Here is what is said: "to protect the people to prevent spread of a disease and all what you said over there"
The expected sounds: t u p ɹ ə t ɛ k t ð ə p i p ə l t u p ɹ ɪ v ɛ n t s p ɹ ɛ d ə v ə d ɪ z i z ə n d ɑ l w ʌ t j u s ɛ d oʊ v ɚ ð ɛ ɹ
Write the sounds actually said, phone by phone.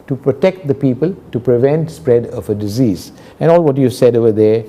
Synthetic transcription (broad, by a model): t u p ɹ ə t ɛ k t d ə p i p ə l t u p ɹ ɪ v ɛ n t s p ɹ ɛ d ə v ə d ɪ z i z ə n ɑ l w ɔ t j u s ɛ d oʊ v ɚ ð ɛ